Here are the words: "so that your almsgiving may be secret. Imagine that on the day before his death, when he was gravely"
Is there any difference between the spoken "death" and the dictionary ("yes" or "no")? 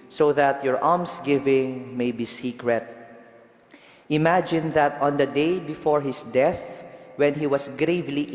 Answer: no